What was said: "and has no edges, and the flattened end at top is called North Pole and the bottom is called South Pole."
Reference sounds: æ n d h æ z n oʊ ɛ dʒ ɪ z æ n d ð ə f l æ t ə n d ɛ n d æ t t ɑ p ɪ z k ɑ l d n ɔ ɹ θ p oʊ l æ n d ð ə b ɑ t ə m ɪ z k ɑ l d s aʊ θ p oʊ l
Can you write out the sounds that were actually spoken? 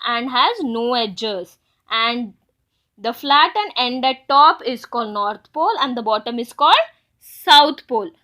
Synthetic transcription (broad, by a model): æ n d h æ z n oʊ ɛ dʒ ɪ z æ n d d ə f l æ t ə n ɛ n d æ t t ɑ p ɪ z k ɑ l d n ɔ ɹ t p oʊ l æ n d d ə b ɑ t ə m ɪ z k ɑ l d s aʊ t p oʊ l